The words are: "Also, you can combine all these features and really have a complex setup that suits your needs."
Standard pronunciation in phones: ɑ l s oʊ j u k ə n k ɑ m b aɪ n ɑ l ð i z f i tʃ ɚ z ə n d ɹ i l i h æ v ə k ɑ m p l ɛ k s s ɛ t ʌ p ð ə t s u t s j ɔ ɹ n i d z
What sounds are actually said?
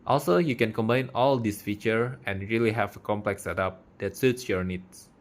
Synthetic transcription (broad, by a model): ɑ l s oʊ j u k ə n k ɑ m b aɪ n ɑ l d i s f i tʃ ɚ ə n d ɹ i l i h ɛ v ə k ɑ m p l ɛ k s s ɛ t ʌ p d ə t s u t s j ɔ ɹ n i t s